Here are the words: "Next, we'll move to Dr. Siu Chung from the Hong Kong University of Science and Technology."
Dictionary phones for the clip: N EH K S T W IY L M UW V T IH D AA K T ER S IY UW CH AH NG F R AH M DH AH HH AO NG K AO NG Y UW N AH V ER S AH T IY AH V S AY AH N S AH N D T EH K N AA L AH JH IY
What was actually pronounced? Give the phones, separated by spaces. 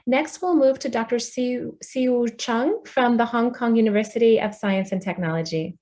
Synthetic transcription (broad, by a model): N EH K S T W IY L M UW V T IH D AA K T ER S IY UW CH AH NG F R AH M DH AH HH AO NG K AO NG Y UW N AH V ER S AH T IY AH V S AY AH N S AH N T EH K N AA L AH JH IY